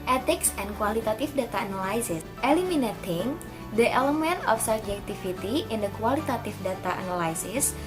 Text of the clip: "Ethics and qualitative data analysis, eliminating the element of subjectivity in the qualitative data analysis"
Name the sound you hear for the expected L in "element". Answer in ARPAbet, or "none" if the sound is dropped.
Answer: L